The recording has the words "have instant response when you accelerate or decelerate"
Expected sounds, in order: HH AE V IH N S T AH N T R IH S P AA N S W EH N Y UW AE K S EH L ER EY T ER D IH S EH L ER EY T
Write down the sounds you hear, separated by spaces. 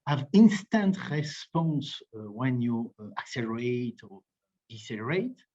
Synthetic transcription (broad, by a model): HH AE V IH N S T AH N T R IH S P AA N S W EH N Y UW AE K S EH L ER EY T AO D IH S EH L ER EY T